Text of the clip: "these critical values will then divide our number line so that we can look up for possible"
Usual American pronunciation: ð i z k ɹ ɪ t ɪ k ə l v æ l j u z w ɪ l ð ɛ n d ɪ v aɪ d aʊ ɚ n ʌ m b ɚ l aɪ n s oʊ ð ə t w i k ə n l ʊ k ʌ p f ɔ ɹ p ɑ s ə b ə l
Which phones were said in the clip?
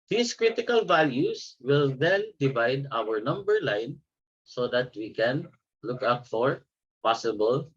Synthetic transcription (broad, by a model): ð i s k ɹ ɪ t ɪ k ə l v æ l j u s w ɪ l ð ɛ n d ɪ v aɪ d aʊ ɚ n ʌ m b ɚ l aɪ n s oʊ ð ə t w i k ə n l ʊ k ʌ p f ɔ ɹ p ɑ s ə b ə l